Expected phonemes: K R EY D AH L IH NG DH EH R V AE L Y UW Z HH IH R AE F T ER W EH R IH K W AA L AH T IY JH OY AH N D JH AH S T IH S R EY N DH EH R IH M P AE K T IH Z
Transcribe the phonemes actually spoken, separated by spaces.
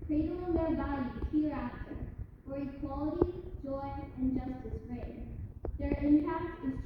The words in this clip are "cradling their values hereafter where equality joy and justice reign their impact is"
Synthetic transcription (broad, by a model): K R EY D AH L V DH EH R B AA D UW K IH R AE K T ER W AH R IH K W AA L AH T IY JH OY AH N JH AH S T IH S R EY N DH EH R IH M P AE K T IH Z